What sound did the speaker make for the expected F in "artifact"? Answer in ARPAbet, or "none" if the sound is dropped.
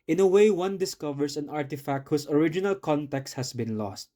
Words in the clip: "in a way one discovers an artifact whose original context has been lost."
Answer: F